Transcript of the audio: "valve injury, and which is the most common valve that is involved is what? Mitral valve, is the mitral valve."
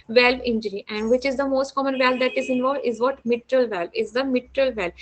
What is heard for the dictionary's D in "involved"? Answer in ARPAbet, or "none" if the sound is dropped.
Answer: D